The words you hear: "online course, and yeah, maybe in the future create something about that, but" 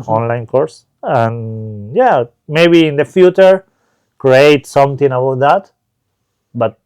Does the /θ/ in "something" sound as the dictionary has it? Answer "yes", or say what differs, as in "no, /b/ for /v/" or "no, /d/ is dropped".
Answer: no, /t/ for /θ/